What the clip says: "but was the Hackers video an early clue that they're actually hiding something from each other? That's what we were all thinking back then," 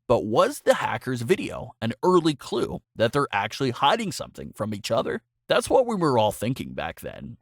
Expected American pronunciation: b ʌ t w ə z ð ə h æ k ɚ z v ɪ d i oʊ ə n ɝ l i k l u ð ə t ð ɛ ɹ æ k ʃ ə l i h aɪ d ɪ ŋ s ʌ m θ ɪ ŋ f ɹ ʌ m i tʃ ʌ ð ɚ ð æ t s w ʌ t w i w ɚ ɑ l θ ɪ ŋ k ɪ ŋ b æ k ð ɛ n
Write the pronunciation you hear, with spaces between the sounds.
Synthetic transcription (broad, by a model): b ʌ t w ə z ð ə h æ k ɚ z v ɪ d i oʊ ə n ɝ l i k l u ð ə t ð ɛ ɹ æ k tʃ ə l i h aɪ d ɪ ŋ s ʌ m θ ɪ ŋ f ɹ ʌ m i tʃ ʌ ð ɚ ð æ t s w ʌ t w i w ɚ ɑ l θ ɪ ŋ k ɪ ŋ b æ k ð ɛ n